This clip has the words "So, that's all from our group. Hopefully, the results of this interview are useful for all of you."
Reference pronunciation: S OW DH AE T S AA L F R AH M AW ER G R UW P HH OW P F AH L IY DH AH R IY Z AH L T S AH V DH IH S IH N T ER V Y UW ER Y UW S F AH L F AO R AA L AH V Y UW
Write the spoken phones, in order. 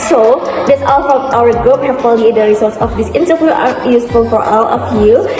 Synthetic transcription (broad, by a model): S OW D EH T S AA L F R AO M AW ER G R UW P HH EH F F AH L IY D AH R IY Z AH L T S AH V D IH S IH N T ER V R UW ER Y UW S F AH L F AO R AA L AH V Y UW